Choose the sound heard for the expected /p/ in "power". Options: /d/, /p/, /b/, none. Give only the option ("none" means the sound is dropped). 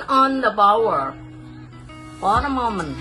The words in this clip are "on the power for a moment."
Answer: /b/